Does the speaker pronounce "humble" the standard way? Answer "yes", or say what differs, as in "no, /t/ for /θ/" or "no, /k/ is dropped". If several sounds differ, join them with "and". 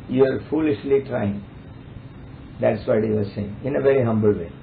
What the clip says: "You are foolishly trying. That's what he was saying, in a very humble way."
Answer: yes